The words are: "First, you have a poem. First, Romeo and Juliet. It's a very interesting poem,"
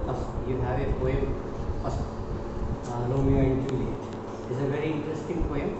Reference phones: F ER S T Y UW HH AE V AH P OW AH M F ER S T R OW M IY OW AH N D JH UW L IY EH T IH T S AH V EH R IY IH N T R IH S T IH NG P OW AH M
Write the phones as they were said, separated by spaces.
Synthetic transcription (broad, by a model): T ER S Y UW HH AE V AH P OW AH M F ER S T L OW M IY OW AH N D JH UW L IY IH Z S AH V EH R IY IH N T R IH S T IH NG P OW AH M